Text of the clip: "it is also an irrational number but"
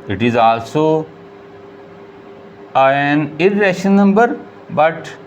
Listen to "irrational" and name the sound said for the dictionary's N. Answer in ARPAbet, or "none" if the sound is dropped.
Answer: none